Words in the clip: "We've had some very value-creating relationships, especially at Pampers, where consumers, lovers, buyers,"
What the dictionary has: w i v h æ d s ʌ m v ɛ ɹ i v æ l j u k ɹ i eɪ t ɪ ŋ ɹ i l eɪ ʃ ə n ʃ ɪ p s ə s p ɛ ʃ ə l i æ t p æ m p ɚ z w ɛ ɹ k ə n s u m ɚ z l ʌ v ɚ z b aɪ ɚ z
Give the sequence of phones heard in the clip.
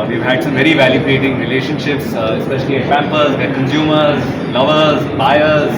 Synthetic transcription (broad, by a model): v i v h æ d s ʌ m v ɛ ɹ i v æ l j u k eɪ t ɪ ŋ ɹ i l eɪ ʃ ə n ʃ ɪ p s ə s p ɛ ʃ ə l i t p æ m p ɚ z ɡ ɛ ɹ k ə n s u m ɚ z l ʌ v ɚ z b aɪ ɚ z